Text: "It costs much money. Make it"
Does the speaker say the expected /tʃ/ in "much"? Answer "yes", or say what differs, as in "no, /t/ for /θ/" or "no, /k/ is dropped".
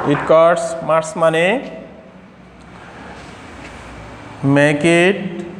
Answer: no, /s/ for /tʃ/